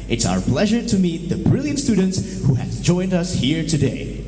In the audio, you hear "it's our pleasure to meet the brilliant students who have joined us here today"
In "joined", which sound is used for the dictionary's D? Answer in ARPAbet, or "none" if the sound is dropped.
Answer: D